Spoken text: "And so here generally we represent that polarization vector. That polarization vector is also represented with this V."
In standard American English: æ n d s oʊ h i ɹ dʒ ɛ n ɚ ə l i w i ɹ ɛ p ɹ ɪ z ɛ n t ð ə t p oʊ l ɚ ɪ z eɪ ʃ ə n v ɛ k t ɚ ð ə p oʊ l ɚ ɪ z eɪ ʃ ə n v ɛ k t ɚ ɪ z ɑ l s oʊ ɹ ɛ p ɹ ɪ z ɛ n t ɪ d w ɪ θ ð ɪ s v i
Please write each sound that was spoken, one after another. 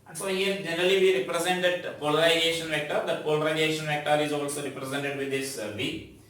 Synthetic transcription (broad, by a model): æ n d s oʊ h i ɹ dʒ ɛ n ɚ ə l i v i ɹ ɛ p ɹ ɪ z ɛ n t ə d p oʊ l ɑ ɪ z eɪ ʃ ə n v ɛ k t ɚ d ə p oʊ l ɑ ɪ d eɪ ʃ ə n v ɛ k t ɚ ɪ z ɑ l s oʊ ɹ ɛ p ɹ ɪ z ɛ n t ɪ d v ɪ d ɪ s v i